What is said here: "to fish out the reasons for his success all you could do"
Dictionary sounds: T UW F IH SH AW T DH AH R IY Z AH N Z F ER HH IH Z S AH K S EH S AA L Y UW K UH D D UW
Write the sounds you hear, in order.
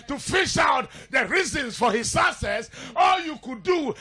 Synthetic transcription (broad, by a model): T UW F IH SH AW T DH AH R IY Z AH N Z F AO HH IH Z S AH S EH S AA L Y UW K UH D D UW